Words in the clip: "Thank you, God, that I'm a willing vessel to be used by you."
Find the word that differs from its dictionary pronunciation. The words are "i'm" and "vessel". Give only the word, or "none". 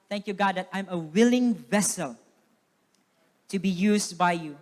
none